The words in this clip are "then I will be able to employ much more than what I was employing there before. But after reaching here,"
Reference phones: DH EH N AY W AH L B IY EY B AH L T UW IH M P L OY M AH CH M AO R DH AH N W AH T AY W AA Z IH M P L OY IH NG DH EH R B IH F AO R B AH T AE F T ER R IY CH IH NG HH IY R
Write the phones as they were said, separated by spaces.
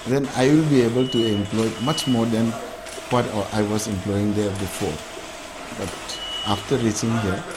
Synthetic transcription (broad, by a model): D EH N AY W AH L B IY EY B AH L T UW IH M P L OY M AH CH M AO R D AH N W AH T AY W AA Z IH M P L OY IH NG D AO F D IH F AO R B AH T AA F T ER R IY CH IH NG HH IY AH